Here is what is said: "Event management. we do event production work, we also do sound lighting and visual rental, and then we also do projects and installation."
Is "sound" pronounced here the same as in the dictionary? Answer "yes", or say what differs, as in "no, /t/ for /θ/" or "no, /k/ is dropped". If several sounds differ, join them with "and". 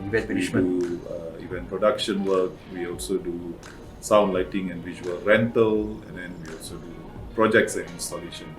yes